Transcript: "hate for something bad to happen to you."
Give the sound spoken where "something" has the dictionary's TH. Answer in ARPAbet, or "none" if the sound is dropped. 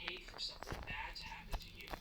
TH